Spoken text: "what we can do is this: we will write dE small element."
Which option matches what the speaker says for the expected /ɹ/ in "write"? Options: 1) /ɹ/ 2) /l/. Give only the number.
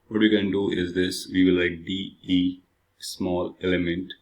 2